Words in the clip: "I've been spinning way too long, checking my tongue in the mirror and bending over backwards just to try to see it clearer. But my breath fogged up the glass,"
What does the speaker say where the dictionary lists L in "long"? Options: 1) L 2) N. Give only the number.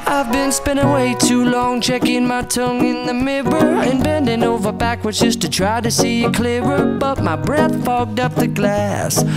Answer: 1